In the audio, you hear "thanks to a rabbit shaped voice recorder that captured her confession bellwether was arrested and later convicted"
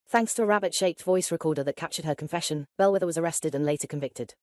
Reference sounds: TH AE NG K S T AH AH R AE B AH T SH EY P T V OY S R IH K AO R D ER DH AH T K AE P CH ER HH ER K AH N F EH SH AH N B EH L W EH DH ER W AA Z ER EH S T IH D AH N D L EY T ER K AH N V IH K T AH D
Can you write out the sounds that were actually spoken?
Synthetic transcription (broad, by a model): TH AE NG K S T AH AH R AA B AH T SH EY P T V OY S R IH K AO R D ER DH AH T K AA P CH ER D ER K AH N F EH SH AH N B EH L W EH DH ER W AA Z ER EH S T IH D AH N L EY T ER K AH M V IH K T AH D